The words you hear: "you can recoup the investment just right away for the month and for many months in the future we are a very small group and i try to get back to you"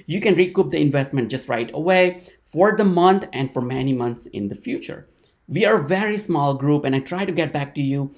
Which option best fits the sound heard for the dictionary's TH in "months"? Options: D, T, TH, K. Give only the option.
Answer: T